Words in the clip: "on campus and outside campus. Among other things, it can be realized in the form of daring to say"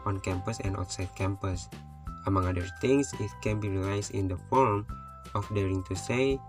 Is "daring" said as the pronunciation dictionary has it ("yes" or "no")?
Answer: yes